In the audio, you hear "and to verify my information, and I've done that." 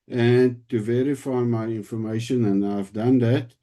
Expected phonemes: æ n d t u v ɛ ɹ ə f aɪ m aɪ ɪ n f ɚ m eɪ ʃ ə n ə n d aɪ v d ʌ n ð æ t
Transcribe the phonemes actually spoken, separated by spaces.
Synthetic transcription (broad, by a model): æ n t u v ɛ ɹ ə f aɪ m aɪ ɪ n f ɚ m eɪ ʃ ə n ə n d aɪ v d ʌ n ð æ t